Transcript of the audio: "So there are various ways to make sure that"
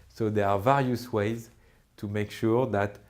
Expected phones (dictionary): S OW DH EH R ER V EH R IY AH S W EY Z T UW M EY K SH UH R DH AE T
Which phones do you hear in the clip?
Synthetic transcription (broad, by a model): S OW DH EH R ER V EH R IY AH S W EY Z T UW M EY K SH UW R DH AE T